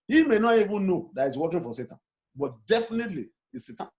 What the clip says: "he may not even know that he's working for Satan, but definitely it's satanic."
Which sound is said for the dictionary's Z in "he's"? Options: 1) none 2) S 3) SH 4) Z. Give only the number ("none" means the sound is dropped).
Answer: 2